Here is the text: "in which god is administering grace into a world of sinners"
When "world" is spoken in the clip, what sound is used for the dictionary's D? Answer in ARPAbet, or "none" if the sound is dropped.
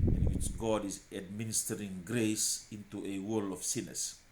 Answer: none